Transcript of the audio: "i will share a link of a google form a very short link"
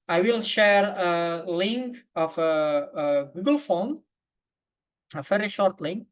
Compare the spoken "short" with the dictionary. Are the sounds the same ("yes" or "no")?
yes